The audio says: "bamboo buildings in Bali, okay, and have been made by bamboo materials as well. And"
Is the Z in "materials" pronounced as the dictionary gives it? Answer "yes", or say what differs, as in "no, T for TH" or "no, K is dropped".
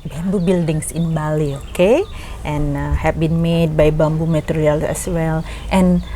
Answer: no, Z is dropped